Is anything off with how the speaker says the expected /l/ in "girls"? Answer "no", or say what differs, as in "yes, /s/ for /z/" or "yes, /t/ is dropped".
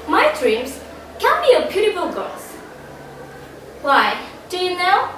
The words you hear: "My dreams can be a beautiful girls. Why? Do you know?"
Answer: yes, /l/ is dropped